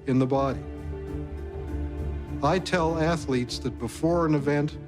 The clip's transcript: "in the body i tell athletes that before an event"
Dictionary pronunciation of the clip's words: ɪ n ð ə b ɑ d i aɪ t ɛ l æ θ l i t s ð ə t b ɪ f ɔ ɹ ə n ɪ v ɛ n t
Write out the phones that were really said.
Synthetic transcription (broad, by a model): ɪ n ð ə b ɑ d i aɪ t ɛ l æ θ l i t s ð ə t b ɪ f ɔ ɹ ə n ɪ v ɛ n t